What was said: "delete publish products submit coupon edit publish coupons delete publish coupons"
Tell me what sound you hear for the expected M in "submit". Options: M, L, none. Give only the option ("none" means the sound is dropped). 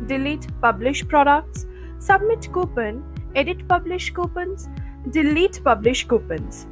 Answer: M